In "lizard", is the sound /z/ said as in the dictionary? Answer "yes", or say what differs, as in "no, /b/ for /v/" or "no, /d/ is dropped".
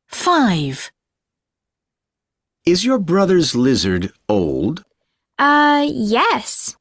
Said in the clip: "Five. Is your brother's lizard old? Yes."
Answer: yes